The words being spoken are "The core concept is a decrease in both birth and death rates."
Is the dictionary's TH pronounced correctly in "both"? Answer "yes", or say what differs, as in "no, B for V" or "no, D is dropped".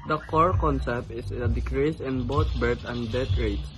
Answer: no, T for TH